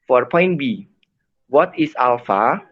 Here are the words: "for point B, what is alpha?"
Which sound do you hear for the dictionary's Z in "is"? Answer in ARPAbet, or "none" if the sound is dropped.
S